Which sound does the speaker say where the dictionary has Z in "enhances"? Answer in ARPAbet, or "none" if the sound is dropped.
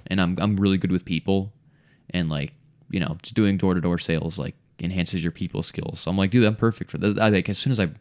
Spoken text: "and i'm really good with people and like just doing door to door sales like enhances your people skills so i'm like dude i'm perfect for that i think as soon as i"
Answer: Z